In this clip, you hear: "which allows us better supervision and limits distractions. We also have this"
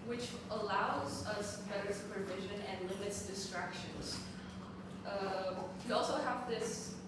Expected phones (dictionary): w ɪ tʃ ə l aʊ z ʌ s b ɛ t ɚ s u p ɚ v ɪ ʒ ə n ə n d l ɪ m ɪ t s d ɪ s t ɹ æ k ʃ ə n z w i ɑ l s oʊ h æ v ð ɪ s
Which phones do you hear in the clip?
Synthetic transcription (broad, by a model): w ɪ tʃ ə l aʊ z ʌ s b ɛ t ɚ s u p ɚ v ɪ ʒ ə n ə n l ɪ m ɪ t s d ɪ s t ɹ æ k ʃ ə n z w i ɑ l s oʊ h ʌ v ð ɪ s